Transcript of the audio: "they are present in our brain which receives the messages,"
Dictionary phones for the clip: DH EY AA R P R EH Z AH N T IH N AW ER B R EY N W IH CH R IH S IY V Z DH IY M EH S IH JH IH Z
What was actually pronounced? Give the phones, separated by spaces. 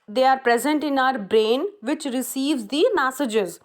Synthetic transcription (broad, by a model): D EY AA R P R EH Z AH N T IH N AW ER B R EY N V IH CH R IH S IY V Z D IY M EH S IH JH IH Z